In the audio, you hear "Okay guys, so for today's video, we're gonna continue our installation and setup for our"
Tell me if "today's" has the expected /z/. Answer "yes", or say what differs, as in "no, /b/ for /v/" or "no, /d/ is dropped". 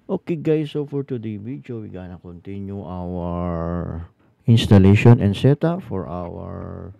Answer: no, /z/ is dropped